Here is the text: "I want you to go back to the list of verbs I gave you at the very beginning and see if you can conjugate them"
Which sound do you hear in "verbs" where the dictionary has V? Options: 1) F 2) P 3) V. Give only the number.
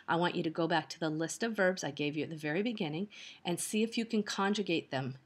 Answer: 3